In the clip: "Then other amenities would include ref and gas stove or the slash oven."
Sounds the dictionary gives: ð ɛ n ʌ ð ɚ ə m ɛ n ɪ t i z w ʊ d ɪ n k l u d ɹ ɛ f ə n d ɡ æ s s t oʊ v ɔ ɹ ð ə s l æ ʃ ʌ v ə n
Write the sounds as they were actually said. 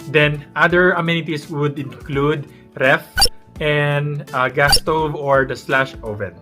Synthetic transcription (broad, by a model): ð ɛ n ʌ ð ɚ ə m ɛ n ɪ t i s w ʊ d ɪ n k l u d ɹ ɛ f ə n d ɡ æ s s t oʊ v ɔ ɹ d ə s l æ ʃ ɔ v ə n